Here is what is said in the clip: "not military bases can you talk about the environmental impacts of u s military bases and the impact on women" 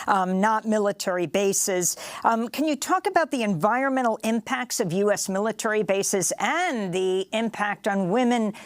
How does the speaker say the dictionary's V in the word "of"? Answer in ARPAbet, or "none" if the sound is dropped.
V